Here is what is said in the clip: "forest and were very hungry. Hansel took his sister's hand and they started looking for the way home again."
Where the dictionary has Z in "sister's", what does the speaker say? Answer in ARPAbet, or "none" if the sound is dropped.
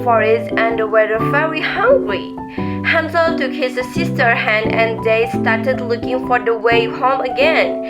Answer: none